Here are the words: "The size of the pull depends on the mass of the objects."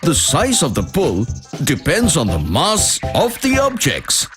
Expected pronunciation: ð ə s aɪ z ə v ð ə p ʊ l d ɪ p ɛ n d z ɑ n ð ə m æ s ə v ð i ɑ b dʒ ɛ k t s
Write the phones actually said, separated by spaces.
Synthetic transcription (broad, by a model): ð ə s aɪ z ə v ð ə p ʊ l d ɪ p ɛ n d z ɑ n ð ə m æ s ə v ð i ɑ b dʒ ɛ k t s